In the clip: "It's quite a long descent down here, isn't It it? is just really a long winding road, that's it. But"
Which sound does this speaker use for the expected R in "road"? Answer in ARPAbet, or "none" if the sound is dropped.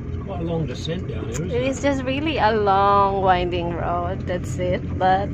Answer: R